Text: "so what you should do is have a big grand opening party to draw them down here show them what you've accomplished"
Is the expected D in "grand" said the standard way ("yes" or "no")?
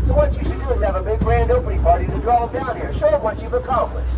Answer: yes